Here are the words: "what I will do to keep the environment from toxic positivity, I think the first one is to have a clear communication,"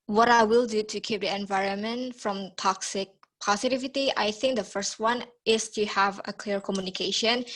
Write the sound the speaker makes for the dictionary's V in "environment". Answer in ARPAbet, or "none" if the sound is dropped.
V